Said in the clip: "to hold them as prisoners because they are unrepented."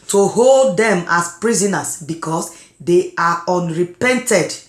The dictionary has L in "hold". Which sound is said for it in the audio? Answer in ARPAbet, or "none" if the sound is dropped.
L